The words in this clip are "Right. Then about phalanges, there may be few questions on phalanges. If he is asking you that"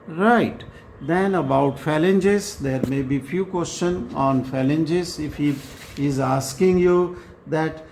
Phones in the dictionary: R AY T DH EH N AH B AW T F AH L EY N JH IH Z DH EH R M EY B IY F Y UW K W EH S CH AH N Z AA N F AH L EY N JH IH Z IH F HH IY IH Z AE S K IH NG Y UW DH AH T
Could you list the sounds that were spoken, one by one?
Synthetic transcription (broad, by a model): R AY T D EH N AH B AW T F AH L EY N JH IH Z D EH R M EY B IY F Y UW K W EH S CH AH N AA N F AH L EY N JH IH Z IH F HH IY IH Z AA S K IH NG Y UW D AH T